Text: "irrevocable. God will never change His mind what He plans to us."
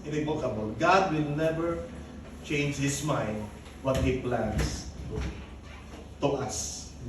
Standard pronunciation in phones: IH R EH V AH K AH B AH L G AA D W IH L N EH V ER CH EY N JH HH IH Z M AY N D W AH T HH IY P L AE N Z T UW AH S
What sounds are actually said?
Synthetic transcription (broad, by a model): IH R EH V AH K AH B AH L G AA D W IH L N EH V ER CH EY N JH HH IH S M AY N D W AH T HH IY P L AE N S T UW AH S